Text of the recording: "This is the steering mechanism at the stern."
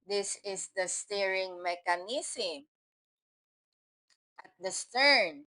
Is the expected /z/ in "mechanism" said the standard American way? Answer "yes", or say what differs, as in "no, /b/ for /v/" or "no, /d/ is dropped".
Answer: no, /s/ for /z/